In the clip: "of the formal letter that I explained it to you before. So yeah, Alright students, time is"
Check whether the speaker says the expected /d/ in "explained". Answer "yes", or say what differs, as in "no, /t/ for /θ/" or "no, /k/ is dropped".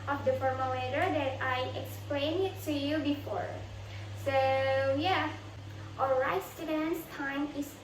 no, /d/ is dropped